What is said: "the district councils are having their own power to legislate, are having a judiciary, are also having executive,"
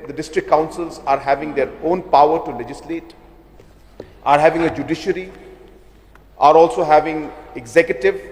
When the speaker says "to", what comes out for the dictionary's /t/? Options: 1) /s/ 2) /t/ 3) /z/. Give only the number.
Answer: 2